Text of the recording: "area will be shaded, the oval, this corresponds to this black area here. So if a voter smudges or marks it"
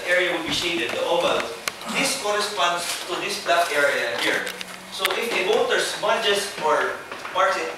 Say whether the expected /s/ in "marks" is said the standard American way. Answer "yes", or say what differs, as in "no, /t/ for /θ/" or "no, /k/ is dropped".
no, /s/ is dropped